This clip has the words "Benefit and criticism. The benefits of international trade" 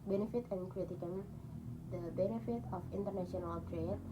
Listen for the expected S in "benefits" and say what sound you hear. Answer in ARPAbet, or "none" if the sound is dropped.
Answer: none